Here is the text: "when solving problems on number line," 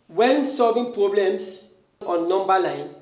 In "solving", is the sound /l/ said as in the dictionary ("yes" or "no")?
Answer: yes